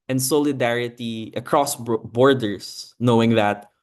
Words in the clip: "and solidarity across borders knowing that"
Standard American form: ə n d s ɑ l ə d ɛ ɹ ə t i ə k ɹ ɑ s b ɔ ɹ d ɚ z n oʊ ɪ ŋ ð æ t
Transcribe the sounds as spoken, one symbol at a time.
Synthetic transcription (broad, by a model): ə n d s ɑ l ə d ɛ ɹ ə t i ə k ɹ ɑ s b ɔ ɹ d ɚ s n oʊ ɪ ŋ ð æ t